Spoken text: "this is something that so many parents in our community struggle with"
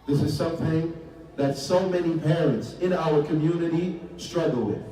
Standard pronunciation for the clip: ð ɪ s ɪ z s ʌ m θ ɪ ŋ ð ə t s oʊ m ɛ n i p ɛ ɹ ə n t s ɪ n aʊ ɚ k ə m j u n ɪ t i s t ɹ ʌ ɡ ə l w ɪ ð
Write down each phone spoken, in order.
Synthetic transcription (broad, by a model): ð ɪ s ɪ z s ʌ m θ ɪ ŋ ð ə t s oʊ m ɛ n i p ɛ ɹ ə n t s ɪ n aʊ ɚ k ə m j u n ɪ t i s t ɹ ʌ ɡ l w ɪ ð